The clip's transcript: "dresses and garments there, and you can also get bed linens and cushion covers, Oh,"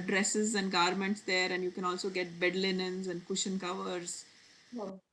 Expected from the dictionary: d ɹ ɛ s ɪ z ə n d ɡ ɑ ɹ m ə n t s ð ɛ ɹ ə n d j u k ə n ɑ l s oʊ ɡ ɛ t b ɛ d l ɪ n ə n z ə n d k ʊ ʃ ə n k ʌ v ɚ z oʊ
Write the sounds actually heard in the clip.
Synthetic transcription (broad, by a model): d ɹ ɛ s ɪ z ə n d ɡ ɑ ɹ m ə n t s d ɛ ɹ ə n d j u k ə n ɑ l s oʊ ɡ ɛ t b ɛ d l ɪ n ə n z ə n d k ʊ ʃ ə n k ʌ v ɚ z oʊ